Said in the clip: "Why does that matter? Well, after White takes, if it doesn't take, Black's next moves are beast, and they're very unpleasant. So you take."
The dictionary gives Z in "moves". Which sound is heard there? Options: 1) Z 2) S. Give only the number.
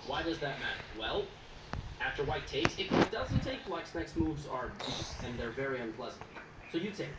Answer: 1